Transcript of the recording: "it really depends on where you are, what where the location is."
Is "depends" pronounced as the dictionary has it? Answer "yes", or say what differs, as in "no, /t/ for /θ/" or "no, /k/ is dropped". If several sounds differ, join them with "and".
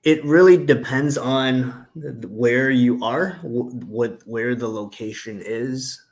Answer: yes